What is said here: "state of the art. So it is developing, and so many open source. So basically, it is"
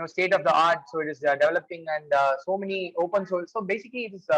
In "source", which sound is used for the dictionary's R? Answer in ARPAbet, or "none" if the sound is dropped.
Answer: L